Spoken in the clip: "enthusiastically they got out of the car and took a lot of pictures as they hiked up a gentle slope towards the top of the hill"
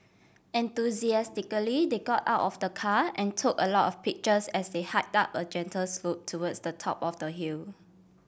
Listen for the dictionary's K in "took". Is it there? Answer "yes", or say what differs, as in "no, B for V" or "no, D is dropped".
yes